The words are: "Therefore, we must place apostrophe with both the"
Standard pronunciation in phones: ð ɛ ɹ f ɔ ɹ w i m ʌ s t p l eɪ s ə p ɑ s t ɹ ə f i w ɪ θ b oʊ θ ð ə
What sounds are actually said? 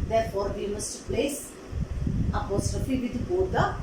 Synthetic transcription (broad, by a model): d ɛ ɹ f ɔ ɹ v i m ʌ s t p l eɪ s ə p ɑ s t ɹ ə f i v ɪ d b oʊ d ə